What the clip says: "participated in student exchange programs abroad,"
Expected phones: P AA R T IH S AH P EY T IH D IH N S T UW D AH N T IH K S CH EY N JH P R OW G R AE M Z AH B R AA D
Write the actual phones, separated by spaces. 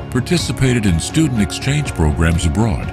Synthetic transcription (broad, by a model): P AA R T IH S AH P EY T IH D IH N S T UW D N T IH K S CH EY N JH P R OW G R AE M Z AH B R AA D